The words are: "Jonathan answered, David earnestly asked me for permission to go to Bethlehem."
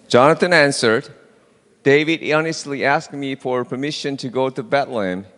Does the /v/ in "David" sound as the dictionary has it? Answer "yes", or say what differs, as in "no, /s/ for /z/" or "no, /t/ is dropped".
yes